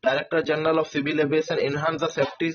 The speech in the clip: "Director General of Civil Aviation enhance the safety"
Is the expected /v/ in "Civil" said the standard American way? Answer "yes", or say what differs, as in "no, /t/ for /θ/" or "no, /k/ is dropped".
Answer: no, /b/ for /v/